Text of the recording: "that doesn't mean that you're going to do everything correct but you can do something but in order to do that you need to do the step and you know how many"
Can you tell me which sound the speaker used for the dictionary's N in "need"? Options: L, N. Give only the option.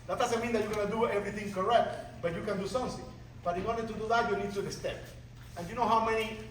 N